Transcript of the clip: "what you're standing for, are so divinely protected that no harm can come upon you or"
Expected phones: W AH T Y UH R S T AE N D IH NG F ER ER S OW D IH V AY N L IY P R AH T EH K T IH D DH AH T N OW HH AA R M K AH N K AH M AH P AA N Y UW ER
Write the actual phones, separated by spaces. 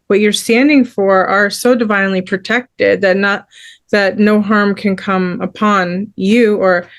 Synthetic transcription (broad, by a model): W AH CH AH R S T AE N D IH NG F ER ER S OW D IH V AY N L IY P R AH T EH K T IH D DH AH T N OW HH AA R M K AH N K AH M AH P AA N Y UW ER